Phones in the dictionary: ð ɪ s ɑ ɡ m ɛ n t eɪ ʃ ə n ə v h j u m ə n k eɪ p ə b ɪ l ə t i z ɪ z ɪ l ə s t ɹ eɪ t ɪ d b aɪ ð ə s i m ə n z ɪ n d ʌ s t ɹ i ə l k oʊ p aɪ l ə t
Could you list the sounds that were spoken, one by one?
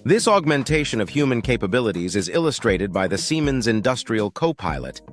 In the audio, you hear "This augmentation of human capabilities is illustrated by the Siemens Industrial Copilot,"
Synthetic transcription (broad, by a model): ð ɪ s ɑ ɡ m ɛ n t eɪ ʃ ə n ə v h j u m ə n k eɪ p ə b ɪ l ə t i z ɪ z ɪ l ə s t ɹ eɪ t ɪ d b aɪ ð ə s i m ə n z ɪ n d ʌ s t ɹ i ə l k oʊ p aɪ l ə t